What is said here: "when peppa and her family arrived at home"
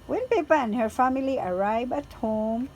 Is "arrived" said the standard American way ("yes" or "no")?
no